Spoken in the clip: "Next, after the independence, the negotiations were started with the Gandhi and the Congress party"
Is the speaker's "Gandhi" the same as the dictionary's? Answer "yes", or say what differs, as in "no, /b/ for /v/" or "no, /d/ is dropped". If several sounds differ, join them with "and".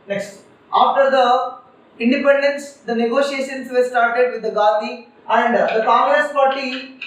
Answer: no, /n/ is dropped